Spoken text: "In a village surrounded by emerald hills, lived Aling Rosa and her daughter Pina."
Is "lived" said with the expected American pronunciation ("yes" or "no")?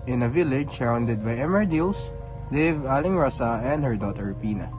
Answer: no